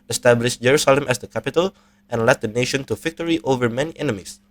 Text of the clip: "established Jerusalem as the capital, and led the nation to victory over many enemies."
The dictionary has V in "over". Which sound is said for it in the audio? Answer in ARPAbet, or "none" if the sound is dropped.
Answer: V